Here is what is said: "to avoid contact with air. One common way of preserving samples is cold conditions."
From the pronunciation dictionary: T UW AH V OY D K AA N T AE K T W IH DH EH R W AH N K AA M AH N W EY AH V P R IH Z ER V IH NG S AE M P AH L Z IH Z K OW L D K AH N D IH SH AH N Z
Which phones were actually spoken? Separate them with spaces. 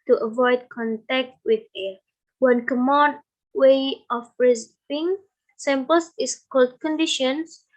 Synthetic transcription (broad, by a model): T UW AH V OY D K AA N T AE K T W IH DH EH W AH N K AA M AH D W EY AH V R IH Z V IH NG S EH M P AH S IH S K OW L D K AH N D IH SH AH N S